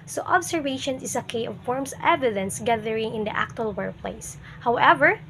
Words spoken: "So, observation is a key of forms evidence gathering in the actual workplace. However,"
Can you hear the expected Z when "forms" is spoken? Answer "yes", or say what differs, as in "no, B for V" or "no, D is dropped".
no, S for Z